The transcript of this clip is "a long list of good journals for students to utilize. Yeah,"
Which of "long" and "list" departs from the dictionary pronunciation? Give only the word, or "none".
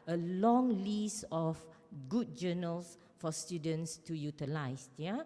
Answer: list